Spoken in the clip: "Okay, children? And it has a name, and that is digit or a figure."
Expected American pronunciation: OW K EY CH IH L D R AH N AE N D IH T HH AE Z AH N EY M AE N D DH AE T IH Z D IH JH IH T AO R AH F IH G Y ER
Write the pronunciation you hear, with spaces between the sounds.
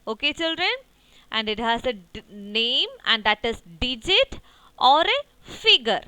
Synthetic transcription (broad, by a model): OW K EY CH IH L D R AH N AE N D IH T HH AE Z AH N EY M AE N D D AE T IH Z D IH JH IH T AO R AH F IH G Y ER